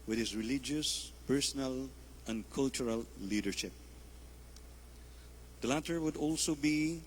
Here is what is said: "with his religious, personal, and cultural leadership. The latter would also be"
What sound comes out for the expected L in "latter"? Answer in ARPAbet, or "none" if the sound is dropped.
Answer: L